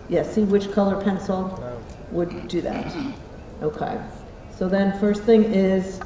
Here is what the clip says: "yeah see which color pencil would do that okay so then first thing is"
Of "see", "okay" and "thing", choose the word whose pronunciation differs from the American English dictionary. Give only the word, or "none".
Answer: none